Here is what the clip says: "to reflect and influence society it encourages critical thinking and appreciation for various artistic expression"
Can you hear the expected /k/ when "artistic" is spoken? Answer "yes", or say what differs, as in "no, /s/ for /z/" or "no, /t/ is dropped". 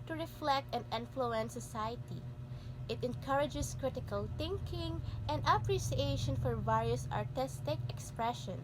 yes